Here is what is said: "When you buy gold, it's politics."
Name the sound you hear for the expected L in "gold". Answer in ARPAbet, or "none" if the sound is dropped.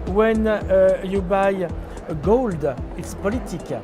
L